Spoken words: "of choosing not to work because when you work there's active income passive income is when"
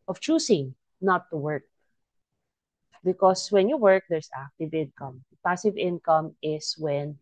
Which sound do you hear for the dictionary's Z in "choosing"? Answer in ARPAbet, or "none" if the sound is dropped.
S